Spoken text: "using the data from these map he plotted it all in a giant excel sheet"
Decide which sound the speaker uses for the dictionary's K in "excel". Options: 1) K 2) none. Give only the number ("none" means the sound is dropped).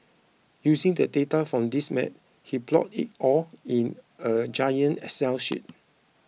2